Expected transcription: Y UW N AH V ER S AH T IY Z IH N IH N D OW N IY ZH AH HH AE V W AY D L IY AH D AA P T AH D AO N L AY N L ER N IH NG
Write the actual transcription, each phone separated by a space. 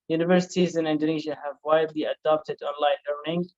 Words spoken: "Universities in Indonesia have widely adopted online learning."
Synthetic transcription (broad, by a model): Y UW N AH V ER S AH T IY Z IH N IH N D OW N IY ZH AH HH AE V W AY D L IY AH D AA P T AH D AO N L AY N L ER N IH NG